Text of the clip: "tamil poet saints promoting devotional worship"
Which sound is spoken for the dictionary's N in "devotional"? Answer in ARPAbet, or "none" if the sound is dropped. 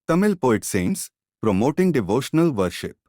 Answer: N